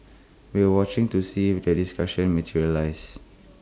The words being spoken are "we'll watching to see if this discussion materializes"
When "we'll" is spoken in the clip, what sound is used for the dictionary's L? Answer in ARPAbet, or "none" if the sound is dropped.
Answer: W